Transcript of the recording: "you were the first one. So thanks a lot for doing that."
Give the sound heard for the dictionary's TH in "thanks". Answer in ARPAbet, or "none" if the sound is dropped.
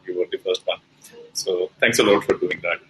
T